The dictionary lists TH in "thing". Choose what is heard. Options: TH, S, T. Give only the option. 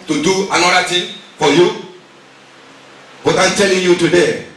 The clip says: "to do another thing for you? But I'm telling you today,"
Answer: T